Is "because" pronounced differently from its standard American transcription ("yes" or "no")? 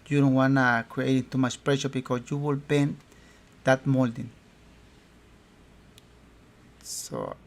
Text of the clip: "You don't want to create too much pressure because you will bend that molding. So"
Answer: yes